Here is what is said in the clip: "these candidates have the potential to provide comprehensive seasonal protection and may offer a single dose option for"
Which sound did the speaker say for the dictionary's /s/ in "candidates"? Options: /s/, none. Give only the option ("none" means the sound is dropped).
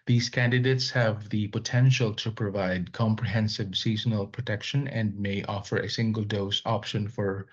/s/